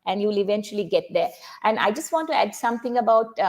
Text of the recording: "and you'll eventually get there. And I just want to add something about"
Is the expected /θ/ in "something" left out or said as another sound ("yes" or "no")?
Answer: yes